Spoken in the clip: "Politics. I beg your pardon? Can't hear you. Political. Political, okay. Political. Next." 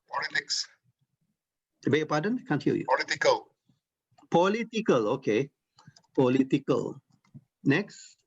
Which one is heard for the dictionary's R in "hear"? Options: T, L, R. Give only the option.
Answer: L